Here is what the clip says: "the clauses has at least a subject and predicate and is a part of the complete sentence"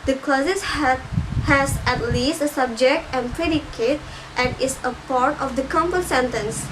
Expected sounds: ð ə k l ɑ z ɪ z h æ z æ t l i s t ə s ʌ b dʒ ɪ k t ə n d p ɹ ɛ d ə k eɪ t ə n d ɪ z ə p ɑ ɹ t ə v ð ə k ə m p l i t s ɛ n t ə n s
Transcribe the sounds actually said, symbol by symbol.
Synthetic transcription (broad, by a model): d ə k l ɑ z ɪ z h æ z æ t l i s t ə s ʌ b dʒ ɪ k t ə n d p ɹ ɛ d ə k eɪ t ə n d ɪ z ə p ɑ ɹ t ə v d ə k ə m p ʌ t s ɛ n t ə n s